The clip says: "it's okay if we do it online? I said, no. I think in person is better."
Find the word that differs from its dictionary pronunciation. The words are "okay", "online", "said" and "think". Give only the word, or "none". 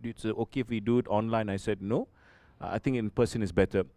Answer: think